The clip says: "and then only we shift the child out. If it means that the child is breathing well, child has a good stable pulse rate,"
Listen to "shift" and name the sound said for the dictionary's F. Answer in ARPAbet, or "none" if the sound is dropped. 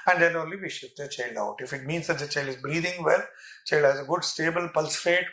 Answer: none